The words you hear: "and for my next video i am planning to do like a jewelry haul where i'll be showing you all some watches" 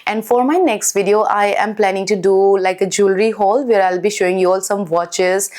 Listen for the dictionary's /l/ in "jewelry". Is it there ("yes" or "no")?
yes